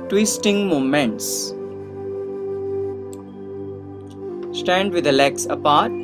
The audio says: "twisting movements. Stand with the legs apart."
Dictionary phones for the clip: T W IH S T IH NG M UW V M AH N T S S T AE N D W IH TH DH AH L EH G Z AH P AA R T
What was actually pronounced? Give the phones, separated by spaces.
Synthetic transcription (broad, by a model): T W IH S T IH NG M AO M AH N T S S T AE N D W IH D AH L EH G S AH P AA R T